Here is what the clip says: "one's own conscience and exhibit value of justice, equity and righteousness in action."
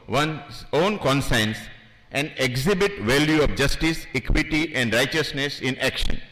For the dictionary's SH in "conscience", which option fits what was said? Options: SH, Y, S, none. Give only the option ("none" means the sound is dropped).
S